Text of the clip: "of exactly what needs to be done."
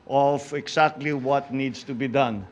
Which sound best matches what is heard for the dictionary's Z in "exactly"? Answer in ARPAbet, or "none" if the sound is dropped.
S